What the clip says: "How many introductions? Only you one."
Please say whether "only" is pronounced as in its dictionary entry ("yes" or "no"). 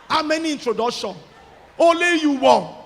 no